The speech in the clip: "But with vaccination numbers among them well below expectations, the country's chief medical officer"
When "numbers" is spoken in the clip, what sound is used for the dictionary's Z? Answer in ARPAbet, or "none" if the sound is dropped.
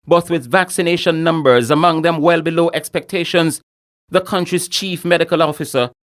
Z